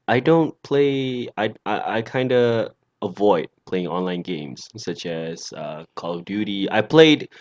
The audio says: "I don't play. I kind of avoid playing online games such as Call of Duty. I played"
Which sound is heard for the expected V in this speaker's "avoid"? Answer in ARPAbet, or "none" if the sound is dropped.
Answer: V